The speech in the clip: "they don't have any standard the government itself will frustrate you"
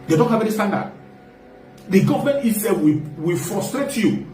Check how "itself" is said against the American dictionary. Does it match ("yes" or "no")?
no